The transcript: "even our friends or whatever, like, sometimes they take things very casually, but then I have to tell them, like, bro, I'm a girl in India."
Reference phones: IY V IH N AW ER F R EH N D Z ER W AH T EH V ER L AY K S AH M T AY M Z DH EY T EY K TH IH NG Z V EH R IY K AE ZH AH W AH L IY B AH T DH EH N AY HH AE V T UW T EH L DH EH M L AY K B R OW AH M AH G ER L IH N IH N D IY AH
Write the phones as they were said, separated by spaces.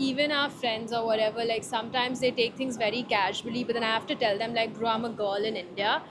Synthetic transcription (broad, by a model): IY V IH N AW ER F R EH N D Z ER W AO T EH V ER L AY K S AH M T AY M Z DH EY T EY K T IH NG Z V EH R IY K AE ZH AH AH L IY B AH T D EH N AY HH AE F T UW T EH L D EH M L AY K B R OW AH M AH G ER L IH N IH N D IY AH